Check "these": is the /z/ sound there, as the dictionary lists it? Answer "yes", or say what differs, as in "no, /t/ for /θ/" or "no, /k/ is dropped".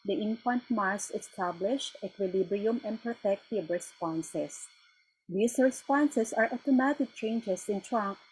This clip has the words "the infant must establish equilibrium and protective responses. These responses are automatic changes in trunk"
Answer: no, /s/ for /z/